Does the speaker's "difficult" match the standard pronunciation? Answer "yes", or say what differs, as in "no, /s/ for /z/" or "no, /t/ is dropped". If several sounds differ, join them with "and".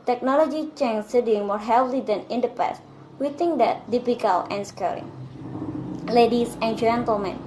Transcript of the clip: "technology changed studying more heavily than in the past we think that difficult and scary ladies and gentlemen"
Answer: no, /t/ is dropped